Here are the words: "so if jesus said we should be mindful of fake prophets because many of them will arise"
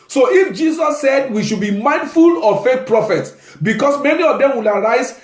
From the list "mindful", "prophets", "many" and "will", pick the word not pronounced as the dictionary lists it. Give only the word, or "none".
none